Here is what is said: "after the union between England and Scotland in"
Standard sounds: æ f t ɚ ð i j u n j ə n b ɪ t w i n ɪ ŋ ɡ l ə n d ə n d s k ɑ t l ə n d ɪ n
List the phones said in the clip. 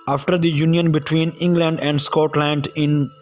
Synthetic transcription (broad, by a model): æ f t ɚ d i j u n j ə n b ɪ t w i n ɪ ŋ ɡ l ə n d ə n d s k ɑ t l ə n d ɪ n